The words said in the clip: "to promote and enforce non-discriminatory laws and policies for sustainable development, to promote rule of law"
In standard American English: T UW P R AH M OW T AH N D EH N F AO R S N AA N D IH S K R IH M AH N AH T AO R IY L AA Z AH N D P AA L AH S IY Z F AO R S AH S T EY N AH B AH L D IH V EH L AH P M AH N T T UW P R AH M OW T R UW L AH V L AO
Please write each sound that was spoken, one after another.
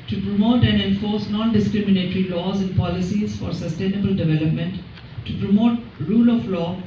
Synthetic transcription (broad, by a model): T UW P R AH M OW T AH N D EH N F AO R S N AA N D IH S K R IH M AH N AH T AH R IY L AA Z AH N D P AA L AH S IY Z F AO R S AH S T EY N AH B AH L D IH V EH L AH P M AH N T T UW P R AH M OW T R UW L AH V L AO